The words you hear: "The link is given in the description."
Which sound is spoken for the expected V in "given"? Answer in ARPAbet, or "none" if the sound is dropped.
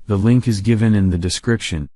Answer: V